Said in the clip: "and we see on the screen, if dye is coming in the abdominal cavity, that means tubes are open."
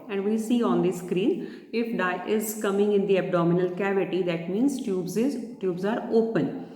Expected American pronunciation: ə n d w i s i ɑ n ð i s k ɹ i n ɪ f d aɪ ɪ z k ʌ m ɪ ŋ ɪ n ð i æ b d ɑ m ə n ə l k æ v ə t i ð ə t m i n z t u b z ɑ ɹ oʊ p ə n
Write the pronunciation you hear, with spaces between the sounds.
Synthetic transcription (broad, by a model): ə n d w i s i ɑ n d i s k ɹ i n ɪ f d aɪ ɪ z k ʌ m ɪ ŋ ɪ n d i æ b d ɑ m ə n ə l k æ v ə t i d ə t m i n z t u b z ɑ ɹ oʊ p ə n